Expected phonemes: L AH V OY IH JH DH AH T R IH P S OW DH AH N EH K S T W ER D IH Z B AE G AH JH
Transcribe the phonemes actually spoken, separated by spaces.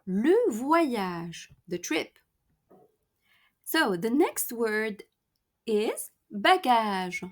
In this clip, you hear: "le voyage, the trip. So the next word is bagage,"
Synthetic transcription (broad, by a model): L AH V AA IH ZH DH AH T R IH P S OW DH AH N EH K S T W ER D IH Z B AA G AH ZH